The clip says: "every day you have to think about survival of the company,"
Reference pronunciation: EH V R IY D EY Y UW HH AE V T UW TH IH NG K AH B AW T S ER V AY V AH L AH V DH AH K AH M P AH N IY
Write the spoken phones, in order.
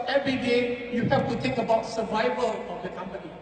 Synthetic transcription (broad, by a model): EH V R IY D EY Y UW HH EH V T UW T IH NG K AH B AW T S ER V AY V AH L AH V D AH K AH M P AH N IY